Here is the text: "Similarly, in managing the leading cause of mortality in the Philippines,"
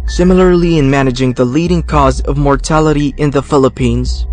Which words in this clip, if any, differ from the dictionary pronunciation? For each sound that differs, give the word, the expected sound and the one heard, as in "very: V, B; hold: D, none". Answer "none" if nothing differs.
none